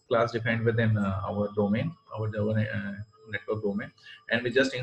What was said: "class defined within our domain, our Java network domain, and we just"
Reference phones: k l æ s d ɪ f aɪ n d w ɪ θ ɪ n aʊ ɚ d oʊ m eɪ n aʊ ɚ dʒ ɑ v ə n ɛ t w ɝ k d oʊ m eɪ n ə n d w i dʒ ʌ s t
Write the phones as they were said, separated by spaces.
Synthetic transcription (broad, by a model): k l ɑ s d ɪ p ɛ n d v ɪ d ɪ n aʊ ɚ d oʊ m eɪ n aʊ ɚ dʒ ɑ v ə n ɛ t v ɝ k d oʊ m eɪ n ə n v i dʒ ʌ s t